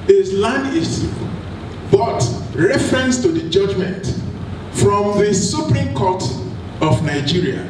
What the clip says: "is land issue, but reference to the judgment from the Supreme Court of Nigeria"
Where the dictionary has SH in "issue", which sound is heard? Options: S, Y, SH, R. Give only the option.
S